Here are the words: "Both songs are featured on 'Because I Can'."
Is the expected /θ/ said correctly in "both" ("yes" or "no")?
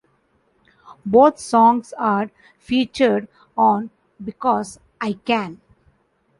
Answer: no